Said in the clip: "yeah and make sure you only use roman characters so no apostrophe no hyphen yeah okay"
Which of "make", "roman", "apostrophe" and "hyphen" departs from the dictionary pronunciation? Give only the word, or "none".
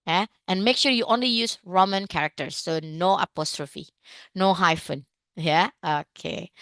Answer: none